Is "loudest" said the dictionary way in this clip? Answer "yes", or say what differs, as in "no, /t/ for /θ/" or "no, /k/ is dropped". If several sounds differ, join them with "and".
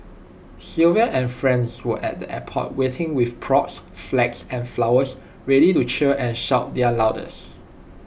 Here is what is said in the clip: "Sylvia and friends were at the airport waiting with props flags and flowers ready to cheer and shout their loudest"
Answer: no, /t/ is dropped